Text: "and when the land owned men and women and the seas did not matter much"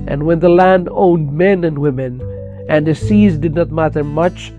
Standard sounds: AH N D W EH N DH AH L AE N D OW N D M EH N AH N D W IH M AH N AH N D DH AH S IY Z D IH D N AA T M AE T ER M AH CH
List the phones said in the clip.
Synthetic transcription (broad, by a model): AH N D W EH N DH AH L AE N D OW N D M EH N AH N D W IH M AH N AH N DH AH S IY Z D IH D N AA T M AE T ER M AH CH